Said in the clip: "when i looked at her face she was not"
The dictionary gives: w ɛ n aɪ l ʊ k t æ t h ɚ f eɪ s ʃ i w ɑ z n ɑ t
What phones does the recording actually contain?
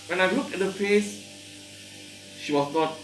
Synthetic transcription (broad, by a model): w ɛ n aɪ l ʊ k ɛ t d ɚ f eɪ s ʃ i w ɑ s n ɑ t